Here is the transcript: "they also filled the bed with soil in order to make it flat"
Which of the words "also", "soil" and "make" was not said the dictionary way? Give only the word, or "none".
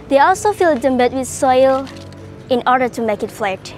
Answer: none